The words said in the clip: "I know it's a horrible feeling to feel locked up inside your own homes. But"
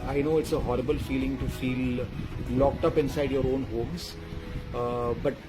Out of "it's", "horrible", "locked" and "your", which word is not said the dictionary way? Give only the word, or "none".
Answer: none